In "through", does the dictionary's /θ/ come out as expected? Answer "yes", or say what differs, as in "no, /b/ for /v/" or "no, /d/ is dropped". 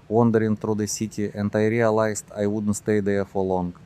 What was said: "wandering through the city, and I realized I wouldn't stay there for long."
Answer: no, /t/ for /θ/